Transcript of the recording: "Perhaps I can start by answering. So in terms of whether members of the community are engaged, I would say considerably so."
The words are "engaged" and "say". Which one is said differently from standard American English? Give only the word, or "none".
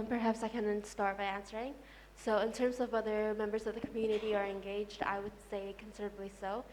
none